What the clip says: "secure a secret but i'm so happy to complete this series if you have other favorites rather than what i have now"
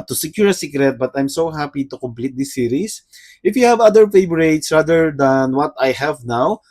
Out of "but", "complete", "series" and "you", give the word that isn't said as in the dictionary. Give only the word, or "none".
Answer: series